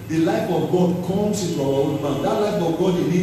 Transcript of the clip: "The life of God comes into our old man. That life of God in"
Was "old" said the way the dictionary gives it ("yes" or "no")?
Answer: no